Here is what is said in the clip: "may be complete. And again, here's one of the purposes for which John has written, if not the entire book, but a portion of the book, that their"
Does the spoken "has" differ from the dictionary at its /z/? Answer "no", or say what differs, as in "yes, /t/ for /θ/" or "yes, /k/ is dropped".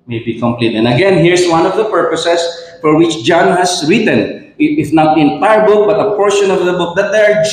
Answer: yes, /s/ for /z/